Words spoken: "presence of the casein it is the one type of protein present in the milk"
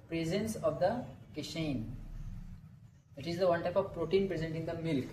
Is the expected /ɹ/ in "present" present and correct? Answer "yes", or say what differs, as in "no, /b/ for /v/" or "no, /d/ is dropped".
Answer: yes